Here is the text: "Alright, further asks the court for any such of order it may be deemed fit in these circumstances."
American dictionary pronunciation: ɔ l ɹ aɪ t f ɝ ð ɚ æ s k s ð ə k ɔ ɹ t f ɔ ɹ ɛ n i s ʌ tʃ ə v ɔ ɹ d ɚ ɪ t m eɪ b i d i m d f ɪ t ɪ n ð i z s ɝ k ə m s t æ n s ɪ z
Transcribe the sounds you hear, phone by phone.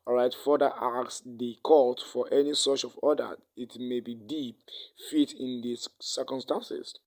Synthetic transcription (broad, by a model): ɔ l ɹ aɪ t f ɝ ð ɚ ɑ k s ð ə k ɔ l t f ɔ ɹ ɛ n i s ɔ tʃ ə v ɔ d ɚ ɪ t m eɪ b i d i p f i t ɪ n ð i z s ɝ k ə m s t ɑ n s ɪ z